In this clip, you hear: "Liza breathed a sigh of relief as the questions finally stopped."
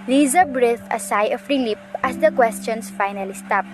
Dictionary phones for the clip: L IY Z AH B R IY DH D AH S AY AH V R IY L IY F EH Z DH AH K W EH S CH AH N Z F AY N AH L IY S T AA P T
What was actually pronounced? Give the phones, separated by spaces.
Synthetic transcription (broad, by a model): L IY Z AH B R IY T AH S AY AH F R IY L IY P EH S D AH K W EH S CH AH N S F AY N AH L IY S T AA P